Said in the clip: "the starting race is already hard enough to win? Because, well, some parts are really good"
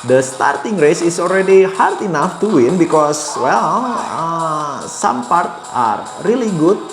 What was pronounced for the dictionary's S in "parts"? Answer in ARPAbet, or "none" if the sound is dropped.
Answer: none